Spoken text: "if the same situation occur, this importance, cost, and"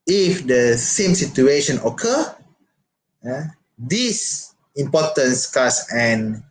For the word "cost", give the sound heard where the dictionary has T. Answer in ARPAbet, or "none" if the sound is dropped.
none